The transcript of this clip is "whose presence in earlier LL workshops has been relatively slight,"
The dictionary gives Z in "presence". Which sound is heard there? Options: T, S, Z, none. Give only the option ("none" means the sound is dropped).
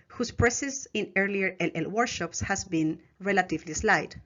S